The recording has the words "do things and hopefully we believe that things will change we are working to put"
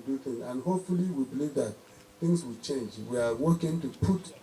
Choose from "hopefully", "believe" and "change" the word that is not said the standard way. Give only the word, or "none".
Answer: none